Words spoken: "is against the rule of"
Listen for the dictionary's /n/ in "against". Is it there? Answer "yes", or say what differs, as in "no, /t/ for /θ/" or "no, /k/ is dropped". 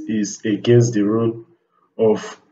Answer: yes